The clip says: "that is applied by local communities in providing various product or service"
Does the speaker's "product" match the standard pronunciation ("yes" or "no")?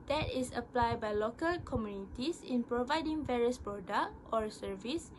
no